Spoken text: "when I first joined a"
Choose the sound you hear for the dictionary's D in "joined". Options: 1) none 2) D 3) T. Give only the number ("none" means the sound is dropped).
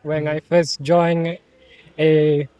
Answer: 1